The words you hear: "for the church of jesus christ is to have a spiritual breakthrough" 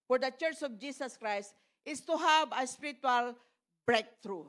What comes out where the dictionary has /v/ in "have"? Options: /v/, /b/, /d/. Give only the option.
/b/